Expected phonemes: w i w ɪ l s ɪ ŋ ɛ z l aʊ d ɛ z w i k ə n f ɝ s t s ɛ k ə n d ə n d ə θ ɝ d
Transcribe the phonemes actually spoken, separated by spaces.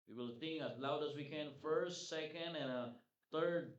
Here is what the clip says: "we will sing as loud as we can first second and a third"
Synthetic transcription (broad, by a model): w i w ɪ l θ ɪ ŋ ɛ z l aʊ d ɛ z w i k ə n f ɝ s t s ɛ k ə n d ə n ə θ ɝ d